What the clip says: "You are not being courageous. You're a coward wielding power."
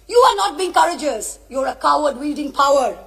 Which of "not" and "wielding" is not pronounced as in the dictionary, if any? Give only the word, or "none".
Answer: none